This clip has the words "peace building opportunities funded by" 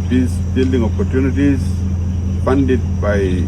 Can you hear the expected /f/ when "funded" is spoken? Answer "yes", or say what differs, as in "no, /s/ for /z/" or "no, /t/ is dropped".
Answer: no, /p/ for /f/